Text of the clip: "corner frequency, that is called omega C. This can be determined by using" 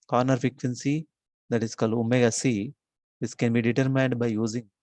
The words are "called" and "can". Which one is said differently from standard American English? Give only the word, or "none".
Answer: none